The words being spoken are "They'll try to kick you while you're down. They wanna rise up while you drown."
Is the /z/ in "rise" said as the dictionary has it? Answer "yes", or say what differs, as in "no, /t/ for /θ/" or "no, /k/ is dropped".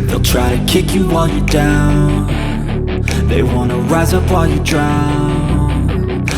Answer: yes